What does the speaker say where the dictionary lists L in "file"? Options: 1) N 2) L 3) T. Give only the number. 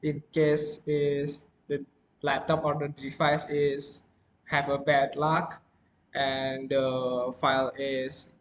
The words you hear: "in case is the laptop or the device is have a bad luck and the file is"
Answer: 2